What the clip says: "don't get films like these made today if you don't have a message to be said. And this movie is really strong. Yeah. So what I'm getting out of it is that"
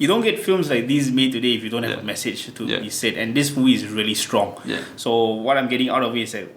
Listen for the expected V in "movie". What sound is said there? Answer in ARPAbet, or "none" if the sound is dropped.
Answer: none